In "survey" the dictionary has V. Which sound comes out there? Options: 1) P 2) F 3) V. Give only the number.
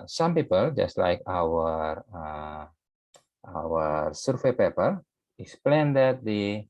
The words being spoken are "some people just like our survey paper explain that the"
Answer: 2